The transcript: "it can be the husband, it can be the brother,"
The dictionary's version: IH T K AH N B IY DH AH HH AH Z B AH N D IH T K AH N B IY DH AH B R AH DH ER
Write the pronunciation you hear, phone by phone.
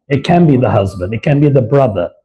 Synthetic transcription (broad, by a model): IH T K AH N B IY DH AH HH AH Z B AH N D IH T K AH N B IY DH AH B R AH DH ER